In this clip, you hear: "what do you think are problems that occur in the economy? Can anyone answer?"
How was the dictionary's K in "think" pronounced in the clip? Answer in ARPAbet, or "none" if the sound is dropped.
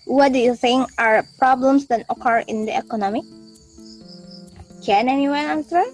none